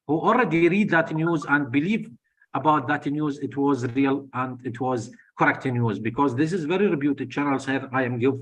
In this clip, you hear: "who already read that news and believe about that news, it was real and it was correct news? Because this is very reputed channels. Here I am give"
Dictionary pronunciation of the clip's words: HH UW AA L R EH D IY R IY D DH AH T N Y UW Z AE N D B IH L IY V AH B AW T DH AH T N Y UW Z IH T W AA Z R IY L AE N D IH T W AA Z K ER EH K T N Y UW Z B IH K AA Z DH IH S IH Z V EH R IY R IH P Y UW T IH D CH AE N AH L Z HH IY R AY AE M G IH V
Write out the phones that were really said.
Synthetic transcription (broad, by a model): HH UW AA L R EH D IY R IY D DH AH T N Y UW Z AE N D B IH L IY V AH B AW T DH AH T N Y UW Z IH T W AA Z R IY L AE N D IH T W AA Z K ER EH K T N Y UW Z B IH K AA Z DH IH S IH Z V EH R IY R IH B Y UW T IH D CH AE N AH L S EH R AY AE M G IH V